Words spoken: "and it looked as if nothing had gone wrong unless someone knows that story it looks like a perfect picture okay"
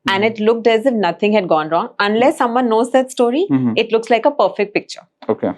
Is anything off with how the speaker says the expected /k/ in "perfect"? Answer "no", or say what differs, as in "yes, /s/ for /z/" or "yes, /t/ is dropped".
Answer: no